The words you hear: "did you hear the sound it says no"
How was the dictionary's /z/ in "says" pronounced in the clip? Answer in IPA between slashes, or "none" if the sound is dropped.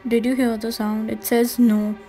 /z/